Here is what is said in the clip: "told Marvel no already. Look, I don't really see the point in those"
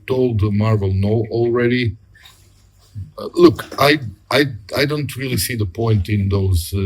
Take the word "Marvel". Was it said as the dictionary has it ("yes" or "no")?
yes